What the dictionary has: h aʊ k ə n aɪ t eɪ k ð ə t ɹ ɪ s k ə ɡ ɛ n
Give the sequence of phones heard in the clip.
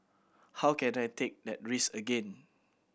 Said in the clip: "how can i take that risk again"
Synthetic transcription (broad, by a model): h aʊ k ə n aɪ t eɪ k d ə t ɹ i s ə ɡ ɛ n